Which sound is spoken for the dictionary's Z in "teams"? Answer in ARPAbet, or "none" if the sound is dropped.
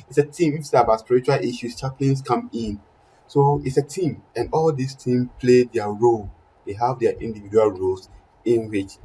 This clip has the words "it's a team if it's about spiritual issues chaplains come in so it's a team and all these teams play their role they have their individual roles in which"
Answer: none